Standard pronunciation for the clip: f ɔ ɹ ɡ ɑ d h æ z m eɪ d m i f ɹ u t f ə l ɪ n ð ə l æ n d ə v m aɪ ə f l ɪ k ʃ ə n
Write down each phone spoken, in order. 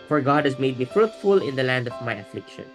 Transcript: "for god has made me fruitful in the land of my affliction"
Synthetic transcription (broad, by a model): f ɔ ɹ ɡ ɑ d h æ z m eɪ d m i f ɹ u t f ə l ɪ n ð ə l æ n d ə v m aɪ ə f l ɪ k ʃ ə n